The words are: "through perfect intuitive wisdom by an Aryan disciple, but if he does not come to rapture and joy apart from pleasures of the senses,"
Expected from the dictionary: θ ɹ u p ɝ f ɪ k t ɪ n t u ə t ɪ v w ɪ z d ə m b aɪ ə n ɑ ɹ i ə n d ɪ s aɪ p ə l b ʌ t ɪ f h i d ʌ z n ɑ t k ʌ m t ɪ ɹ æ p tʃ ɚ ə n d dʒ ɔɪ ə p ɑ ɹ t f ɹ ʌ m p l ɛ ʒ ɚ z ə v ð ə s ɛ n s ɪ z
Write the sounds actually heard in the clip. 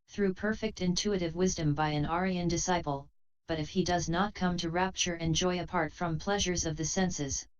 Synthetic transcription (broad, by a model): θ ɹ u p ɝ f ɪ k t ɪ n t u ə t ɪ v w ɪ z d ə m b aɪ ə n ɑ ɹ i ə n d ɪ s aɪ p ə l b ʌ t ɪ f h i d ʌ z n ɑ t k ʌ m t ɪ ɹ æ p tʃ ɚ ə n dʒ ɔɪ ə p ɑ ɹ t f ɹ ʌ m p l ɛ ʒ ɚ z ə v ð ə s ɛ n s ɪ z